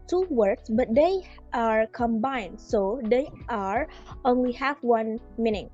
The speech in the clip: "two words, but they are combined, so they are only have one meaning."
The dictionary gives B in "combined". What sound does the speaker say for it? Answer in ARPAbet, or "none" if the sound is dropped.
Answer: B